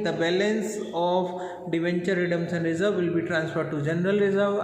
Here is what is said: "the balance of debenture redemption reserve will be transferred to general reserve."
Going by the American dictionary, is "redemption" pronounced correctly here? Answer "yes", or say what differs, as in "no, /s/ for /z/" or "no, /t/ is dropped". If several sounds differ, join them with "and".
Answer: no, /s/ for /ʃ/